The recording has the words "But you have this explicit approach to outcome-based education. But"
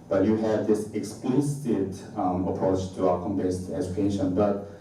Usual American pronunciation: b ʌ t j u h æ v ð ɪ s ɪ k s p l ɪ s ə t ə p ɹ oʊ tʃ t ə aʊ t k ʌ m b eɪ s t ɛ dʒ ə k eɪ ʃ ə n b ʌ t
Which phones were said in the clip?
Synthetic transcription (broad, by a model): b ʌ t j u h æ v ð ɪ s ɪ k s p l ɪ s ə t ə p ɹ oʊ tʃ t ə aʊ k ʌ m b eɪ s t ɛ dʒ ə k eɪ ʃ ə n b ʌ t